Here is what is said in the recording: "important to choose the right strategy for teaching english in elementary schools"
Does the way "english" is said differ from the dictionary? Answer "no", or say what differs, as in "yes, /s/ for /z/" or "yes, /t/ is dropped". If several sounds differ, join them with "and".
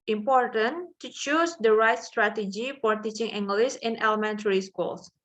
yes, /s/ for /ʃ/